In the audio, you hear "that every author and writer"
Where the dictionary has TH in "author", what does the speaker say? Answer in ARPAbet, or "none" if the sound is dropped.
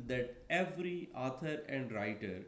T